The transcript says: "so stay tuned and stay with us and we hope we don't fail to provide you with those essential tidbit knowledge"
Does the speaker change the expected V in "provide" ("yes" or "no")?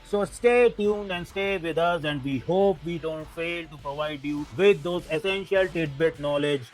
no